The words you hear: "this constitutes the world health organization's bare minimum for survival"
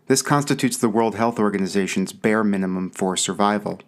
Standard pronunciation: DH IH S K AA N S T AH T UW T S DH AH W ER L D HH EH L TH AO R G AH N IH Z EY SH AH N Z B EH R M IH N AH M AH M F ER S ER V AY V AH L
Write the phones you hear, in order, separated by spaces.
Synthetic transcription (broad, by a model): DH IH S K AA N S T AH T UW T S DH AH W ER L D HH EH L TH AO R G AH N IH Z EY SH AH N Z B EH R M IH N AH M AH M F ER S ER V AY V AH L